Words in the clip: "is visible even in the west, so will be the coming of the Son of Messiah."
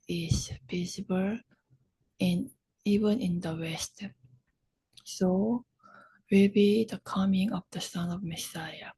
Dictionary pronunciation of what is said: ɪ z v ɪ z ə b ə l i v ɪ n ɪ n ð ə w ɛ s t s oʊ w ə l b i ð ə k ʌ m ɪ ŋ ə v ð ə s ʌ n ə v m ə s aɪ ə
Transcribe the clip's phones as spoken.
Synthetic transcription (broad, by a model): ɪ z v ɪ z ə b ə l i v ɪ n ɪ n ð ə w ɛ s t s oʊ w ə l b i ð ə k ʌ m ɪ ŋ ə v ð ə s ʌ n ə v m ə s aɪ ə